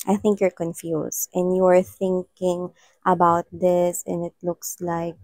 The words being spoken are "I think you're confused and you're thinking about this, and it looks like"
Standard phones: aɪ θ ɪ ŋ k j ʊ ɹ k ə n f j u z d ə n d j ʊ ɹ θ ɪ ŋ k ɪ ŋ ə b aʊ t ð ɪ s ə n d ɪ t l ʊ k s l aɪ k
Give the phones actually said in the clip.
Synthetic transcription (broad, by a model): aɪ θ ɪ ŋ k j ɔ ɹ k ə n f j u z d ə n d j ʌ ɹ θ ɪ ŋ k ɪ ŋ ə b aʊ t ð ɪ s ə n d ɪ t l ʊ k s l aɪ k